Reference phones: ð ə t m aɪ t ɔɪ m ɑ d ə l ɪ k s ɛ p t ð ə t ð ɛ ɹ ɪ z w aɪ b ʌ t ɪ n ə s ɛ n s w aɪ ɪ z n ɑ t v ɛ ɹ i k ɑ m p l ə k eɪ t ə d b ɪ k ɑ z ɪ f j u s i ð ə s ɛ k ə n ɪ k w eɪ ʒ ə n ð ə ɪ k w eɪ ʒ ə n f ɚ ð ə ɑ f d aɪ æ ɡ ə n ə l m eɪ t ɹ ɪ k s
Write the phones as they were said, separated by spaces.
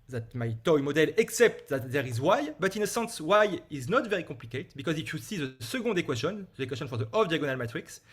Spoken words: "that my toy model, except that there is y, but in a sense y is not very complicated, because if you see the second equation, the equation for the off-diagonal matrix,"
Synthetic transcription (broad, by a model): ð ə t m aɪ t ɔɪ m ɑ d ə l ɪ k s ɛ p t ð ə t ð ɛ ɹ ɪ z w aɪ b ʌ t ɪ n ə s ɛ n s w aɪ ɪ z n ɑ t v ɛ ɹ i k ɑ p l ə k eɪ t b ɪ k ɑ z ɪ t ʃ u s i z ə s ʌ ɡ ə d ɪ k w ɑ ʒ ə n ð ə k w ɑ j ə n f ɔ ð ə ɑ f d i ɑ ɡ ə n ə l m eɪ t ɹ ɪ k s